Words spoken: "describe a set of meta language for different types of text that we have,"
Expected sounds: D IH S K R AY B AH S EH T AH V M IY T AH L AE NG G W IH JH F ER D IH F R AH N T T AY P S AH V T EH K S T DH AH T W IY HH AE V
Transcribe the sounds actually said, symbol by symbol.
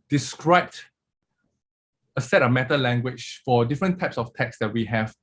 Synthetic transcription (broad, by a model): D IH S K R AY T AH S EH T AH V M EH T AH L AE NG G W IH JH F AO D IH F R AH N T T AY P S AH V T EH K S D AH T W IY HH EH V